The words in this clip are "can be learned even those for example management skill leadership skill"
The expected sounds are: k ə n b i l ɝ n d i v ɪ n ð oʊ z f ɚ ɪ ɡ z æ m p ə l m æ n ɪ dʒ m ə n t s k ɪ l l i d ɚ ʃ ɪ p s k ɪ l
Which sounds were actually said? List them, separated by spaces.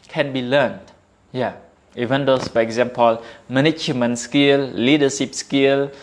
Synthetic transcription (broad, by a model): k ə n b i l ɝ n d i v ɪ n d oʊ s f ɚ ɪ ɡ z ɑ m p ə l m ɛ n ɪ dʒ m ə n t s k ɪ l l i d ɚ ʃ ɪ p s k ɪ l